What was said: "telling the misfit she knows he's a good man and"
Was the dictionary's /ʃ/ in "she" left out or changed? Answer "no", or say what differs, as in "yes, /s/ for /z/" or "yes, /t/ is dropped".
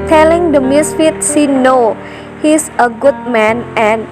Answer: yes, /s/ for /ʃ/